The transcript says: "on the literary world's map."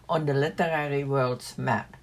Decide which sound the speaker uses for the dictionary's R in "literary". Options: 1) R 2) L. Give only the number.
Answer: 1